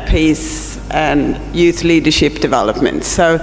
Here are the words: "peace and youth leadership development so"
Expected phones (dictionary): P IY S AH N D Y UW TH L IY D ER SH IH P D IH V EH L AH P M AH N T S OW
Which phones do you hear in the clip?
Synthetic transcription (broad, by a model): P IY S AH N Y UW TH L IY D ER SH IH P D IH V EH L AH P M AH N T S OW